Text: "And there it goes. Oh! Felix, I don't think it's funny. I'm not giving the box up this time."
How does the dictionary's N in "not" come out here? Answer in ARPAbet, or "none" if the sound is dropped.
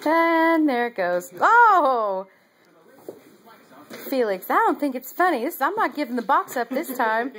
N